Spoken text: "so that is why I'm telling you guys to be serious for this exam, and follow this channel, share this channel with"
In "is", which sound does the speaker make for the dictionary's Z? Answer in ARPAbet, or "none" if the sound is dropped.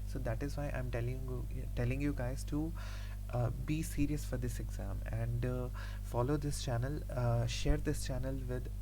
Z